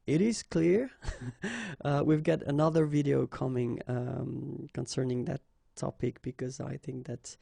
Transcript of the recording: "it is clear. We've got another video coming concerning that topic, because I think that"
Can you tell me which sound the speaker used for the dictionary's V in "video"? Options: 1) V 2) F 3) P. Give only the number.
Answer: 1